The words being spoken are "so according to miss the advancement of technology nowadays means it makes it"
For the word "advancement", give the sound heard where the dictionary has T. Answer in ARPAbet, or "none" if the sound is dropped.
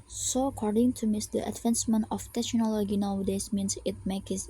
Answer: none